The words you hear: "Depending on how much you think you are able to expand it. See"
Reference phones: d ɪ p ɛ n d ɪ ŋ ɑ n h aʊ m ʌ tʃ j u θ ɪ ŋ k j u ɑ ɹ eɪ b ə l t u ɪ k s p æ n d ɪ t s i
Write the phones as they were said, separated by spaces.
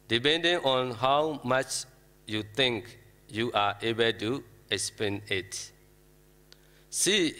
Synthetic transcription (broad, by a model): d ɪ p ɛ n d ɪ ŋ ɑ n h aʊ m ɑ tʃ j u t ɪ ŋ k j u ɑ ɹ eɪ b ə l t u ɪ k s p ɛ n ɪ t s i